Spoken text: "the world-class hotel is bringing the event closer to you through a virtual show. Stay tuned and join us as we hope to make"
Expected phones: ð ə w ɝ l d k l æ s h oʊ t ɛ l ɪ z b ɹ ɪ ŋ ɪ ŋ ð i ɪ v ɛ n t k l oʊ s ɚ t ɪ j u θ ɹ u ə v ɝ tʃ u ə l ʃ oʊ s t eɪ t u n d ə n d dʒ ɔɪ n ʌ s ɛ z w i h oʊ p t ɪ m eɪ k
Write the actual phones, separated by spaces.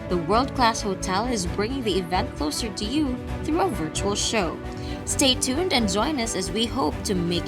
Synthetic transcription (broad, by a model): ð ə w ɝ l d k l æ s h oʊ t ɛ l ɪ z b ɹ ɪ ŋ ɪ ŋ ð i ɪ v ɛ n t k l oʊ s ɚ t ɪ j u θ ɹ u ə v ɝ tʃ u ə l ʃ oʊ s t eɪ t u n d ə n dʒ ɔɪ n ʌ s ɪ z w i h oʊ p t ɪ m eɪ k